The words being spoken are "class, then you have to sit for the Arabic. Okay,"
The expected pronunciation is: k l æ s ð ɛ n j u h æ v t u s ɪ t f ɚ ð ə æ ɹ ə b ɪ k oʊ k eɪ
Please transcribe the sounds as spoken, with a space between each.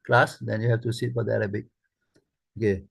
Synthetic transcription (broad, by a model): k l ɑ s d ɛ n j u h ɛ f t u s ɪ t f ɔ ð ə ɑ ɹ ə b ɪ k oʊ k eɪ